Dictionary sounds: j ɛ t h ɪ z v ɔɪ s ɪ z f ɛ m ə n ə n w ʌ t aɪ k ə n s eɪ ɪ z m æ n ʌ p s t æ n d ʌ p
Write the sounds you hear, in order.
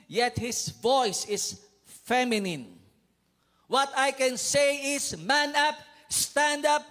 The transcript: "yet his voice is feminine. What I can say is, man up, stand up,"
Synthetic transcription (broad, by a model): j ɛ t h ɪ s v ɔɪ s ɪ s f ɛ m ə n ə n w ʌ t aɪ k ə n s eɪ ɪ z m æ n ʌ p s t æ n d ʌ p